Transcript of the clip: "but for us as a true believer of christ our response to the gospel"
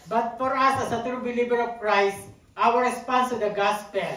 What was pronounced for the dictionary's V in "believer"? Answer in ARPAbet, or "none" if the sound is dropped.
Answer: B